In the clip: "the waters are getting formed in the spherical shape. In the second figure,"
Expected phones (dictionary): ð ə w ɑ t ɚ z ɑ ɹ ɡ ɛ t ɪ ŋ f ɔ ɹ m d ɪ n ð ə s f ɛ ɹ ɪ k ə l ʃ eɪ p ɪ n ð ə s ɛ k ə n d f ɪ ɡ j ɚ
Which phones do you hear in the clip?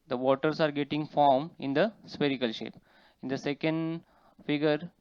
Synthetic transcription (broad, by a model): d ə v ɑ t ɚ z ɑ ɹ ɡ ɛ t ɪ ŋ f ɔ ɹ m ɪ n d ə s p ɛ ɹ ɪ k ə l ʃ eɪ p ɪ n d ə s ɛ k ə n d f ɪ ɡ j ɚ